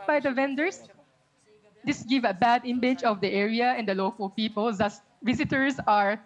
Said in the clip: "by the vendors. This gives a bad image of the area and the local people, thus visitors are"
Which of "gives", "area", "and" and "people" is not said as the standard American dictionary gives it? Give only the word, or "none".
gives